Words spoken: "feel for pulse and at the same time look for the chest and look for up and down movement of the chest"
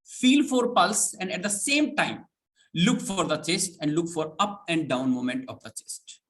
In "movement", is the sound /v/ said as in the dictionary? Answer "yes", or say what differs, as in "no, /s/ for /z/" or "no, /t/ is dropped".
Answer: no, /v/ is dropped